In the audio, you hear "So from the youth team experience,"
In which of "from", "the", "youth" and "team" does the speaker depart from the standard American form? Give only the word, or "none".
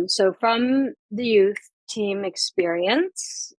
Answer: none